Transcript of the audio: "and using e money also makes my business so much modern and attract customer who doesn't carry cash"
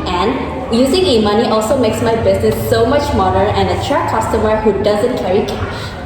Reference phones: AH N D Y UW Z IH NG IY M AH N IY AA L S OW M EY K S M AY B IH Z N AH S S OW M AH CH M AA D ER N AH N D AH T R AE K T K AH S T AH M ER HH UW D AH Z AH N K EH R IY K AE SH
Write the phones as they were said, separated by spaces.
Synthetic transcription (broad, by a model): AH N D Y UW Z IH NG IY M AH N IY AA L S OW M EY K S M AY B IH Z N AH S S OW M AH CH M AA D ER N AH N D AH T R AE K K AH S T AH M ER HH UW D AH Z AH N K EH R IY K